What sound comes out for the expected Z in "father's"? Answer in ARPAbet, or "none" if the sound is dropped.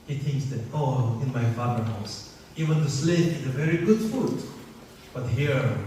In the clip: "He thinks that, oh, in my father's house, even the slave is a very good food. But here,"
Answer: none